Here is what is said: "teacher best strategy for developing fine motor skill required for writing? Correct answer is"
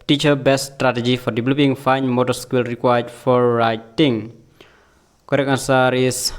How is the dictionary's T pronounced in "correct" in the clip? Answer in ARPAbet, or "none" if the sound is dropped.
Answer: none